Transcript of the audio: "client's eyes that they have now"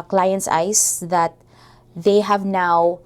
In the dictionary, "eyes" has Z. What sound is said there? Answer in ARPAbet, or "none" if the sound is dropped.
S